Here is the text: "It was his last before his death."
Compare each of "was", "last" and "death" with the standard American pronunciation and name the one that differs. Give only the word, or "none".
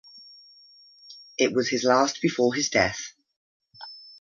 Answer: none